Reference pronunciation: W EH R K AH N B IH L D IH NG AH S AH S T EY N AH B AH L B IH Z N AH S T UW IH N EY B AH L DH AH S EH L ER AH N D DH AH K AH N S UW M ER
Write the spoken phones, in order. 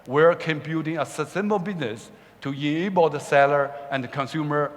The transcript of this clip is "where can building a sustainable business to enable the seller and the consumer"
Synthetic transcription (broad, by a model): W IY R K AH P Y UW D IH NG AH S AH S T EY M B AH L B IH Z N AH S T UW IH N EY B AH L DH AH S EH L ER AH N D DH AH K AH N S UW M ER